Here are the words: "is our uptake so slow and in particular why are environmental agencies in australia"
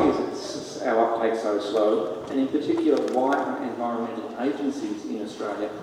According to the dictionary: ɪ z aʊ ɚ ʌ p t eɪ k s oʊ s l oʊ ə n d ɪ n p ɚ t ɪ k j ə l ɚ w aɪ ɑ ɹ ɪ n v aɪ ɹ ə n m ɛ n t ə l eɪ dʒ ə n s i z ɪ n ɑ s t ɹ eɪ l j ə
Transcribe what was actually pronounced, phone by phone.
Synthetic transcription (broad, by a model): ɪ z aʊ ɚ ʌ p t eɪ k s oʊ s l oʊ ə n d ɪ n p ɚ t ɪ k j l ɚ w aɪ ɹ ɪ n v aɪ ɹ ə n m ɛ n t l eɪ dʒ ə n s i z ɪ n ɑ s t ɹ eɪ l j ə